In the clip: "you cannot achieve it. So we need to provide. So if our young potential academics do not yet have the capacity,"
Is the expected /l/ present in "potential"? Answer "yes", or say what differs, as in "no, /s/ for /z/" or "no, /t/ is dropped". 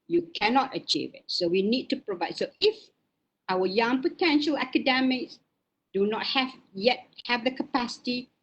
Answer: yes